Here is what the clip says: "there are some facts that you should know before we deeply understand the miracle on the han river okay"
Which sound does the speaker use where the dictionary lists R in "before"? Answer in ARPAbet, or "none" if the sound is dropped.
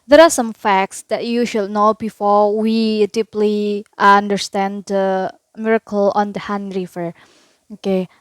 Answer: R